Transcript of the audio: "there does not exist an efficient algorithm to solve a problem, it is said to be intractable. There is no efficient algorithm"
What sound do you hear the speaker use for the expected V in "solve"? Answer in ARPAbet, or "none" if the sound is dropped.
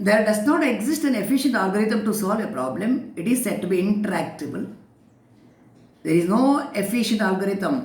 V